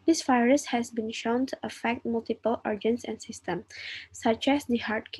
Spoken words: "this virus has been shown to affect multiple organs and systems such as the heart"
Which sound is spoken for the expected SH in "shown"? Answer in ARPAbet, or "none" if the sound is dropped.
SH